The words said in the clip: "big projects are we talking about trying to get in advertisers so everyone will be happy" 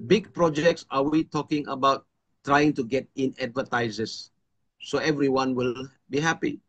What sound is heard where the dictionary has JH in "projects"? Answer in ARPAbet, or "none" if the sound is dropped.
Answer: JH